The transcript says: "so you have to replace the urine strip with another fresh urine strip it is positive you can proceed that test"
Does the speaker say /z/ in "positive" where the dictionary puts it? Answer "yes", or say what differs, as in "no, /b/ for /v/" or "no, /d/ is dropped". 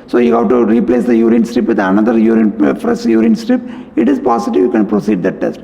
no, /s/ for /z/